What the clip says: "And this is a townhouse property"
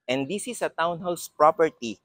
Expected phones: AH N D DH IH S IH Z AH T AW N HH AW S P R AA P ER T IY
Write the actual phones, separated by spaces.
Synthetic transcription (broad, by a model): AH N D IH S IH S AH T AW N HH AW S P R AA P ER T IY